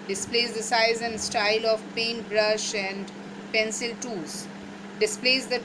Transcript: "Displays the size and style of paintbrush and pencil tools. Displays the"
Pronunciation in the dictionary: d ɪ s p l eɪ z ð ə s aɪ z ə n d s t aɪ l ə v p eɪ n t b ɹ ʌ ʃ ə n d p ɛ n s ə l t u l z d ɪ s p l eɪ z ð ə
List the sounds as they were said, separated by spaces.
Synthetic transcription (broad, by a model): d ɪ s p l eɪ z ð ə s aɪ z ə n d s t aɪ l ə v p eɪ n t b ɹ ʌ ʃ ə n d p ɛ n s ə l t u z d ɪ s p l eɪ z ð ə